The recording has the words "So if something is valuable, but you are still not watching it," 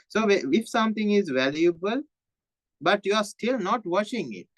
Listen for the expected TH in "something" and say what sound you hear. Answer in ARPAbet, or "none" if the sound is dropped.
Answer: T